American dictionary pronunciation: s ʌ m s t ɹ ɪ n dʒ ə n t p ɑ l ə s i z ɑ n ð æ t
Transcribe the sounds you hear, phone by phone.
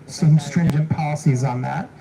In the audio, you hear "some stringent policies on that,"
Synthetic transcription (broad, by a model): s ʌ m s t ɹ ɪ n dʒ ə n p ɑ l ə s i z n ð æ t